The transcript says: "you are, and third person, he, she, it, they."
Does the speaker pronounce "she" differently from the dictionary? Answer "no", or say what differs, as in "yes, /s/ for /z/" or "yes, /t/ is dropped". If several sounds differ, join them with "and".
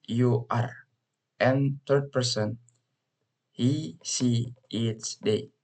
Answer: yes, /s/ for /ʃ/